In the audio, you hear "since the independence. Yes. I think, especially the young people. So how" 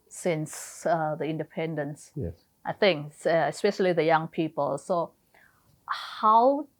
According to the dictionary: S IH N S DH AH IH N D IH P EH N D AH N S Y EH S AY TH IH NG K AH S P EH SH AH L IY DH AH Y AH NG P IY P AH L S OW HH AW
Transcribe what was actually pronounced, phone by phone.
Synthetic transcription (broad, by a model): S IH N S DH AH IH N D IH P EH N D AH N S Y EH AY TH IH NG K AH S P EH SH AH L IY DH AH Y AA NG P IY P AH L S OW HH AW